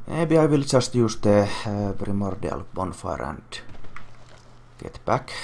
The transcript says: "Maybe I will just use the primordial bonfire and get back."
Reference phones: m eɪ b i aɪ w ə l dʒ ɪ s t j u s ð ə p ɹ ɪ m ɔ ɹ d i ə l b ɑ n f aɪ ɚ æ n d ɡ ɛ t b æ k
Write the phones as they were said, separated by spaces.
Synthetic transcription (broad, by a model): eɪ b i aɪ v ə l tʃ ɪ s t j u s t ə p ɹ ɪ m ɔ ɹ d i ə l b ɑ n f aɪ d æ n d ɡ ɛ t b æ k